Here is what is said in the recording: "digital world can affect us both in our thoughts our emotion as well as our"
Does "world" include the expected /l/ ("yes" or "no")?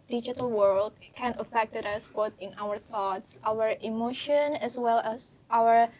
yes